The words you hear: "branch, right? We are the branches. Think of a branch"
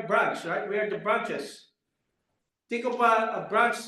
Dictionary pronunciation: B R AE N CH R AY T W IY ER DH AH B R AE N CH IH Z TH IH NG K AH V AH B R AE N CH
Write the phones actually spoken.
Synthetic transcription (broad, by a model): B R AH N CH R AY T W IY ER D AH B R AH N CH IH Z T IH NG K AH P AH B R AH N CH